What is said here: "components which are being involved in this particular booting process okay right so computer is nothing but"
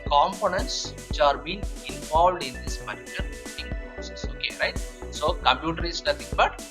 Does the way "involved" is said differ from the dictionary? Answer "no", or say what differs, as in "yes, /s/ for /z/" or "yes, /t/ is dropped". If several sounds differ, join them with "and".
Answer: no